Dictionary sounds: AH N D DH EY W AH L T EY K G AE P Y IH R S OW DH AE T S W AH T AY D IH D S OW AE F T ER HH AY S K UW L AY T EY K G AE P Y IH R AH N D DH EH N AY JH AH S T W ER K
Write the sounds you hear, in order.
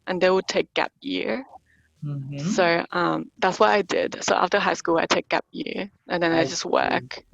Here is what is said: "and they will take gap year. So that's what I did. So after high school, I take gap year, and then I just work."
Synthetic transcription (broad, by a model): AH N DH EY W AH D T EY K G AE P Y IH R S OW DH AE T S W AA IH AY D IH D S OW AE F T ER HH AY S K UW L AY T EY K G AE P Y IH R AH N DH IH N AY JH AH S T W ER K